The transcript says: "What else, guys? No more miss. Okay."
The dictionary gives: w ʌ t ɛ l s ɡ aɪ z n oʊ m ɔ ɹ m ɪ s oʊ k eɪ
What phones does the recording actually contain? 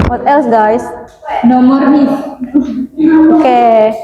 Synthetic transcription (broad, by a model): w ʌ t ɛ l s ɡ aɪ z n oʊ m ɔ ɹ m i oʊ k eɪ